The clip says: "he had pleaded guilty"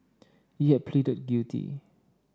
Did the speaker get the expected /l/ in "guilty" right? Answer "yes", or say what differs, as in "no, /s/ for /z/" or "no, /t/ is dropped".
no, /l/ is dropped